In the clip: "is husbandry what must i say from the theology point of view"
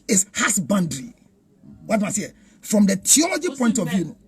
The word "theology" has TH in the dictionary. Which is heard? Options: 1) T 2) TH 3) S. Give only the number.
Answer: 1